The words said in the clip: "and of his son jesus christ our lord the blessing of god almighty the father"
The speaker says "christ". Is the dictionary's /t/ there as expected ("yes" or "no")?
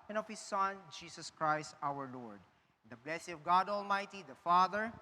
yes